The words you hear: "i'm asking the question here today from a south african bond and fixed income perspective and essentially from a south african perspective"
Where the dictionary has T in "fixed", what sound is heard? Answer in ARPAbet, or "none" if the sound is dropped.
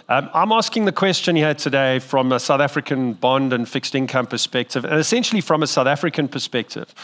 T